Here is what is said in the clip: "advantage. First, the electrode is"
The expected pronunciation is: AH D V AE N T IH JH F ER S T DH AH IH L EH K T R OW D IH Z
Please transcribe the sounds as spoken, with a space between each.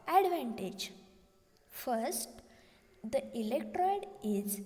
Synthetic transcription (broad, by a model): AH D V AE N T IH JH F ER S T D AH IH L EH K T R OW D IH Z